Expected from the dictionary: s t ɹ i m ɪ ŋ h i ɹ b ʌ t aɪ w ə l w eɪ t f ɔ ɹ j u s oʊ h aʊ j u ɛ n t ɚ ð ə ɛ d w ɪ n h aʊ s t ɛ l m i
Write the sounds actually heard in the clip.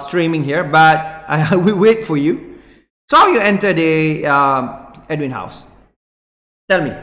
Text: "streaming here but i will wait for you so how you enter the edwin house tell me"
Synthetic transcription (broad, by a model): s t ɹ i m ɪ ŋ h i ɹ b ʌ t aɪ w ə w eɪ t f ɔ ɹ j u s oʊ h aʊ j u ɛ n t ɚ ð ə ɛ d w ɪ n h aʊ s t ɛ l m i